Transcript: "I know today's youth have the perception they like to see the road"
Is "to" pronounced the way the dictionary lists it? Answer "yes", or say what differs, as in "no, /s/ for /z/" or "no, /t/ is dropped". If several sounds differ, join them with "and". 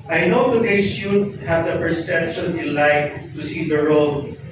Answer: yes